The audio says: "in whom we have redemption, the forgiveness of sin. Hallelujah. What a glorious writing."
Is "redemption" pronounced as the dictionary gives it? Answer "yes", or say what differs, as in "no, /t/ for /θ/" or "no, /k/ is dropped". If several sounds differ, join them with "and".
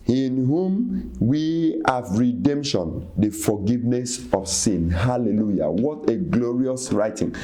yes